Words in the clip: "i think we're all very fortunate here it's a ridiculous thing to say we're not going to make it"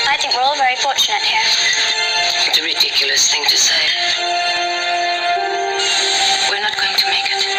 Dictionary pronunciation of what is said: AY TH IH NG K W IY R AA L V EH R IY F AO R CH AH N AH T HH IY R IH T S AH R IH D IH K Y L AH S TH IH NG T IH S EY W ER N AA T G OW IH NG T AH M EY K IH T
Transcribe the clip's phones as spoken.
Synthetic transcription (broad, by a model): AY TH IH NG K W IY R AA L V EH R IY F AO R CH AH N AH T HH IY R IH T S AH R IH D IH K Y L AH S TH IH NG T IH S EY W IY N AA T G OW IH NG T AH M EY K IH T